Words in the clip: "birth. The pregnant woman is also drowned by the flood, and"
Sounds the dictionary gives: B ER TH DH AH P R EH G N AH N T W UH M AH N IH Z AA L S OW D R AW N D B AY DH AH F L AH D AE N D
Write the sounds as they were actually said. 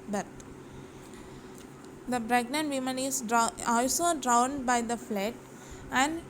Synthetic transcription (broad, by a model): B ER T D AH B R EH G N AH N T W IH M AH N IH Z AA L S OW D R AW N D B AY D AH F L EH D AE N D